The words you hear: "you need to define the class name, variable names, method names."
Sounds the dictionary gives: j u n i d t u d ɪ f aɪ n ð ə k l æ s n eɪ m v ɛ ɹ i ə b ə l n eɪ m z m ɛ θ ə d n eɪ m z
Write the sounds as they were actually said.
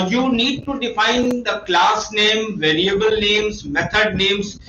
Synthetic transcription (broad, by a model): j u n i d t u d ɪ f aɪ n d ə k l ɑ s n eɪ m v ɛ ɹ i ə b ə l n eɪ m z m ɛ t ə d n eɪ m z